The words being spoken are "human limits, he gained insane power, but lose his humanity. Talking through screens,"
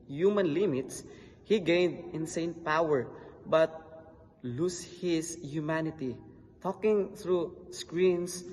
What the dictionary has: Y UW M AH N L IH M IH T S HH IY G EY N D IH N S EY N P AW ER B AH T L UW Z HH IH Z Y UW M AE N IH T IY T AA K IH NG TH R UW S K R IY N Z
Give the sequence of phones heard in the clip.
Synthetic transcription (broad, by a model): Y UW M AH N L IH M IH T S HH IY G EY N D IH N S EY N P AW ER B AH T L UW S HH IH S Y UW M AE N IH T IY T AA K IH NG TH R UW S K R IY N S